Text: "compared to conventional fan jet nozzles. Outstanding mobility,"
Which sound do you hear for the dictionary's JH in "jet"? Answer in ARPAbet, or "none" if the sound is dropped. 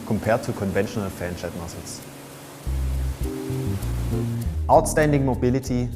CH